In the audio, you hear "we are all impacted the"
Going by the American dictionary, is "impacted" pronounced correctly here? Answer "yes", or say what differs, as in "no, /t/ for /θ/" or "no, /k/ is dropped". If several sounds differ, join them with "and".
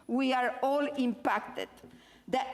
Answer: yes